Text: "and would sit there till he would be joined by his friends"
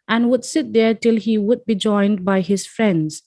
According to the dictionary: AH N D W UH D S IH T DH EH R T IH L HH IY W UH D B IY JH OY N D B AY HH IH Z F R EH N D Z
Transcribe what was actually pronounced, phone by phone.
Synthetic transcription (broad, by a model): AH N W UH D S IH T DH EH R T IH L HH IY W UH D B IY JH OY N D B AY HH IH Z F R EH N D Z